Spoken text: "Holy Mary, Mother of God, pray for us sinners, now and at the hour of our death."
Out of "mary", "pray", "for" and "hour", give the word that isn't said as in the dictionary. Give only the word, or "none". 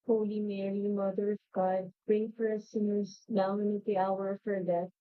pray